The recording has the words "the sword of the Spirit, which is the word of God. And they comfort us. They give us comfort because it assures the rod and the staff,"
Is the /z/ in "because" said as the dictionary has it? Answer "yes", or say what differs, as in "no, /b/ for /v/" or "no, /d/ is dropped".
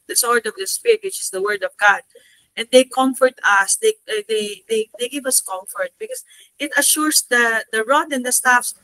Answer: no, /s/ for /z/